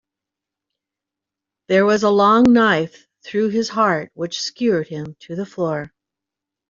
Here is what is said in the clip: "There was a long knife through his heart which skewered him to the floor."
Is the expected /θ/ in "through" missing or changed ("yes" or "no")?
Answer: no